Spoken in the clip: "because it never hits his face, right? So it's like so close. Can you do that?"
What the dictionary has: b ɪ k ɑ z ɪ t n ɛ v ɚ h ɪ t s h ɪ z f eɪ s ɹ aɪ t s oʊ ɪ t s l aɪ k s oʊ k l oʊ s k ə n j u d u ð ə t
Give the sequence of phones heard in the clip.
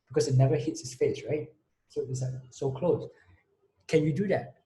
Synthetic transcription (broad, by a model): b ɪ k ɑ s ɪ t n ɛ v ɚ h ɪ t s h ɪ s f eɪ s ɹ aɪ t s oʊ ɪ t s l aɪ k s oʊ k l oʊ s k ə n j u d u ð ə t